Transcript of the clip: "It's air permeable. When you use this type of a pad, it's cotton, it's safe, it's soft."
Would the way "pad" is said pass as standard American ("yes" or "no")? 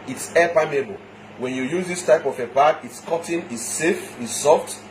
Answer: no